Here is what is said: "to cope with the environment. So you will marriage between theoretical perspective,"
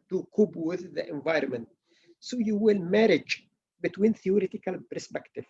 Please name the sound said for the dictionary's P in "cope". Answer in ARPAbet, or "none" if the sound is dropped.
B